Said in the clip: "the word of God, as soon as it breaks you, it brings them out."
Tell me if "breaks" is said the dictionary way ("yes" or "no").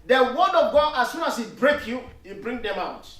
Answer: no